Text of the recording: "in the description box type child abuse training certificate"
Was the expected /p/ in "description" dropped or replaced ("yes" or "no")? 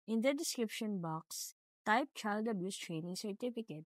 no